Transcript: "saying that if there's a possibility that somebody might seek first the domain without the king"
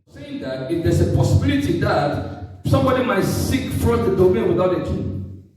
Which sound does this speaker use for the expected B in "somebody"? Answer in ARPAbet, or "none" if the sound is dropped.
B